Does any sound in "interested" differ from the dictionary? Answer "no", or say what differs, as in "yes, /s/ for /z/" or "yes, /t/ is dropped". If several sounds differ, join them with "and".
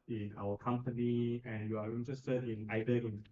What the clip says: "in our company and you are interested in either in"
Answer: yes, /d/ is dropped